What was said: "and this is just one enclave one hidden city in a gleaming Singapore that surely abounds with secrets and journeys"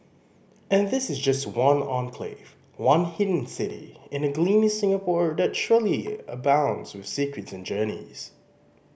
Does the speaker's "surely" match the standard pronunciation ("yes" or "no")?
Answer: yes